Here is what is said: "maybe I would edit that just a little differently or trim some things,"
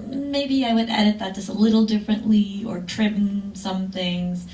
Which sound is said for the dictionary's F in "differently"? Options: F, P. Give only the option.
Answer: F